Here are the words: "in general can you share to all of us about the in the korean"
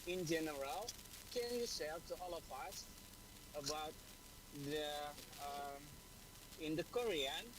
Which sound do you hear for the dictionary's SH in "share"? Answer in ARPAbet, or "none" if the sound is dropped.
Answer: S